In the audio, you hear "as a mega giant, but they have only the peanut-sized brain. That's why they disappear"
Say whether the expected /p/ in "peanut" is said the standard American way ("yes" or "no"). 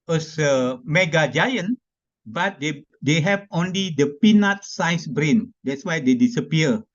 yes